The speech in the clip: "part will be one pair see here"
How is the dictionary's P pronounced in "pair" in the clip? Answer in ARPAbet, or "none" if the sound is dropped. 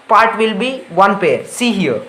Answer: P